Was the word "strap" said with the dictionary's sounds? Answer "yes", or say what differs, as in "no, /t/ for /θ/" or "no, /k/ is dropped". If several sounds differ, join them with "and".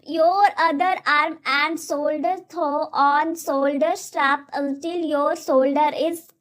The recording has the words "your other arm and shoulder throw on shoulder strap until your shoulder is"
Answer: yes